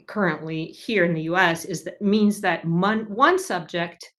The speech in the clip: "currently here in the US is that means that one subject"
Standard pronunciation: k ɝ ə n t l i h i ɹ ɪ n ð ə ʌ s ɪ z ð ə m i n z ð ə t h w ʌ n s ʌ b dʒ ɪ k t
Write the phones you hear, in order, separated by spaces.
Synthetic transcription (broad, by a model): k ɝ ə n t l i h i ɹ ɪ n ð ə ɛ s ɪ z ð ə m i n z ð ə t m w ʌ n s ʌ b dʒ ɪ k t